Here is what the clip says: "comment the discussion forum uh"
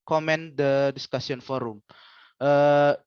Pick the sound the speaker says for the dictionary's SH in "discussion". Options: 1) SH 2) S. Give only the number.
2